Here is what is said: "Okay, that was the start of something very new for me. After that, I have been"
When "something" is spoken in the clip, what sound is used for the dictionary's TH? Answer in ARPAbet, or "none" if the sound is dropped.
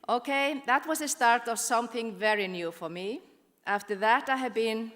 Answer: TH